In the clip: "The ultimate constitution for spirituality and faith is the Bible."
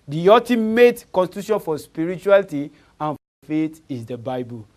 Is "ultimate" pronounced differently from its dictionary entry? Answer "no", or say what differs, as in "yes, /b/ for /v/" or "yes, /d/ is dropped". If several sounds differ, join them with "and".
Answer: yes, /l/ is dropped